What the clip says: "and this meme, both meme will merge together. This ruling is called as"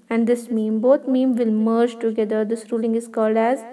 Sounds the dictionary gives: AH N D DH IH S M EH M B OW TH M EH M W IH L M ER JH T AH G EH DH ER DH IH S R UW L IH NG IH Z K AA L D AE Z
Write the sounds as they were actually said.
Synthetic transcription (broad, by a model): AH N D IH S M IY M B OW T M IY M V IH L M ER JH T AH G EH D ER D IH S R UW L IH NG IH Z K AA L D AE Z